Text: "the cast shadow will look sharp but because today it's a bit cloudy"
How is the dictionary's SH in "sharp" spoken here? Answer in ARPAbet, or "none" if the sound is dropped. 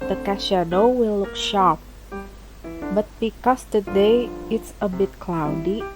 SH